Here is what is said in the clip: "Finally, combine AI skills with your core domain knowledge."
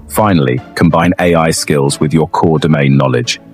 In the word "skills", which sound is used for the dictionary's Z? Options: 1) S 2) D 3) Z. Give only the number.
3